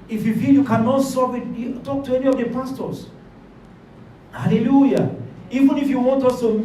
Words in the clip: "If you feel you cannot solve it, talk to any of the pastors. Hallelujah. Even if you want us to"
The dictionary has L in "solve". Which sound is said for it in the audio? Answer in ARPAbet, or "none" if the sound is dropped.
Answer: none